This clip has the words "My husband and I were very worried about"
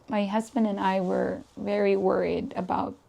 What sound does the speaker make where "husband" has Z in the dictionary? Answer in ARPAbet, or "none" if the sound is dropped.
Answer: Z